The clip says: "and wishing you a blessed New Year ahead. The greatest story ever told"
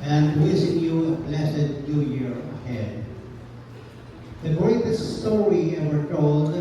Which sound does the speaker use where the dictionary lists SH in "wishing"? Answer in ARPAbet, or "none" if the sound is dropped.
S